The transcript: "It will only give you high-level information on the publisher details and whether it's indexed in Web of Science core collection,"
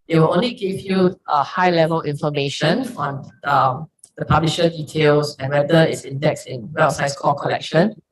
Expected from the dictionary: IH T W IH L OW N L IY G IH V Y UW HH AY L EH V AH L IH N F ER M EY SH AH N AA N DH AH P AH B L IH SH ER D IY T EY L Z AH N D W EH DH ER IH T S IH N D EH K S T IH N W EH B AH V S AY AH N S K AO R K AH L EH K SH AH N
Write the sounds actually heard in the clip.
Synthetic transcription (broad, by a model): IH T W IH L OW N L IY G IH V Y UW HH AY L EH V AH L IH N F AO M EY SH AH N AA N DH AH P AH B L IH SH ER D IY T EY L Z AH N W EH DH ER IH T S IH N D EH K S IH N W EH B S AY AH S K AO K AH L EH K SH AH N